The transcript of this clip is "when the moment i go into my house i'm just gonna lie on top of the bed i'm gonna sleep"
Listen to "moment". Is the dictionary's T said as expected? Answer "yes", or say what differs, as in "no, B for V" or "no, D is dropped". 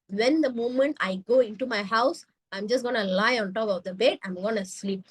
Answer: yes